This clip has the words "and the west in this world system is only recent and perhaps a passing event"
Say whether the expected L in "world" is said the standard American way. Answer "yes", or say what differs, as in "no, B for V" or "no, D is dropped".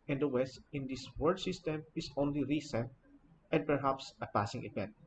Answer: no, L is dropped